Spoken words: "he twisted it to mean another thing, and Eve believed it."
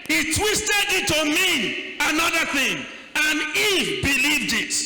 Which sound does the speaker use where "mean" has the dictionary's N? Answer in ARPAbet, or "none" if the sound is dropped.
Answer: none